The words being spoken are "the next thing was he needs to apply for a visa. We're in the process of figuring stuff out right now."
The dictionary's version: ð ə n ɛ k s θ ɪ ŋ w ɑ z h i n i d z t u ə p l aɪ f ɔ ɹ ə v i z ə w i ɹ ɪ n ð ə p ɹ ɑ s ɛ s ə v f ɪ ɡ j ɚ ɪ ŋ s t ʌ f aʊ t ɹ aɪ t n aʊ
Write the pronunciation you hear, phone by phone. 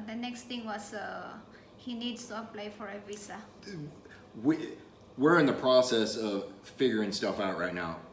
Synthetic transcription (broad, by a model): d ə n ɛ k s t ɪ ŋ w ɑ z h i n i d s t u ə p l aɪ f ɔ ɹ ə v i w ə w i ɹ ɪ n ð ə p ɹ ɑ s ɛ s ə v f ɪ ɡ j ɚ ɪ ŋ s t ʌ f aʊ t ɹ aɪ t n aʊ